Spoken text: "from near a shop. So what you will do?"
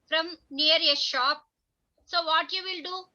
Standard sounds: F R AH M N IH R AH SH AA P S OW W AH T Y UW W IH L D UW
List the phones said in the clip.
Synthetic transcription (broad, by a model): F R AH M N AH R AH SH AA P S OW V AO T Y UW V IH L D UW